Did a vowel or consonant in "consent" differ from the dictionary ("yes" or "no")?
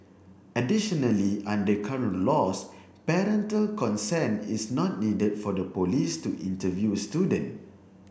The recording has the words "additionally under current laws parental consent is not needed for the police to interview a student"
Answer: yes